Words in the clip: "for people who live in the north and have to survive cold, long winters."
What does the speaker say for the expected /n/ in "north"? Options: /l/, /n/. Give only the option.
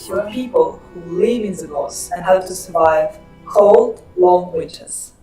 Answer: /l/